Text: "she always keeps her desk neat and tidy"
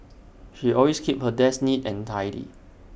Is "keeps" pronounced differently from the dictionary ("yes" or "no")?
yes